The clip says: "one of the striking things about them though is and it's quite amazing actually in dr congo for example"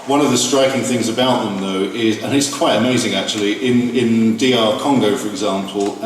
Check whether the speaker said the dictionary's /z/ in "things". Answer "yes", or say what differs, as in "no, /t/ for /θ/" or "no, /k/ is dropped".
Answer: yes